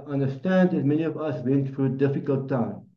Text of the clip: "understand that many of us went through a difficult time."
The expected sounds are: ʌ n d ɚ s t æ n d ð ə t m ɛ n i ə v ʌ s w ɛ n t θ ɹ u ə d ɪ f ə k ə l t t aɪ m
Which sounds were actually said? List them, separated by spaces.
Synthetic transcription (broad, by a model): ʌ n d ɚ s t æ n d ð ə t m ɛ n i ə v ʌ s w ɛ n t f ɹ ə d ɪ f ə k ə l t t aɪ m